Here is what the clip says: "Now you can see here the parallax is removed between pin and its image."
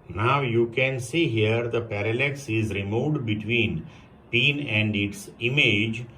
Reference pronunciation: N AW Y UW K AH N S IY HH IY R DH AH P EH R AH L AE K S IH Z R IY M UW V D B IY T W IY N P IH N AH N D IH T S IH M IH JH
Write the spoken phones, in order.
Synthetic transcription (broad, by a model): N AW Y UW K AH N S IY HH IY R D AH P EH R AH L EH K S IH Z R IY M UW D B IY T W IY N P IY N AH N D IH T S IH M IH JH